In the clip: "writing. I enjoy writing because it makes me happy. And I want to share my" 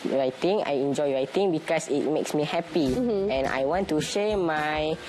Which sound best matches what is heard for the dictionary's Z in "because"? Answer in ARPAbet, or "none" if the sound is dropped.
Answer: S